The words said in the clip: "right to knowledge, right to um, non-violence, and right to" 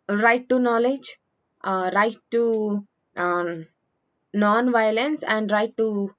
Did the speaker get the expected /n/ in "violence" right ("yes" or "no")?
yes